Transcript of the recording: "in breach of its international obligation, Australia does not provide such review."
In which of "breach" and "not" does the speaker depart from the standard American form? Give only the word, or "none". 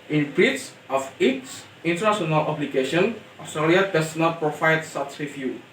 breach